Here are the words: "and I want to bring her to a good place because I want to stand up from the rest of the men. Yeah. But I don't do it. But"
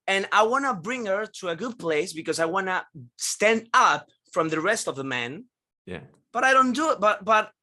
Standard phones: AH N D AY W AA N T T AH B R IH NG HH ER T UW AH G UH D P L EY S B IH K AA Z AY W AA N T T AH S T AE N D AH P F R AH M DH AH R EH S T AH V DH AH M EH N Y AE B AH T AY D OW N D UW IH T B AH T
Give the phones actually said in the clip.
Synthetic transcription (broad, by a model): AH N AY W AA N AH B R IH NG HH ER T UW AH G UH D P L EY S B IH K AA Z AY W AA N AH S T AE N D AH P F R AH M DH AH R EH S T AH V DH AH M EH N Y AE B AH T AY D OW N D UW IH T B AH T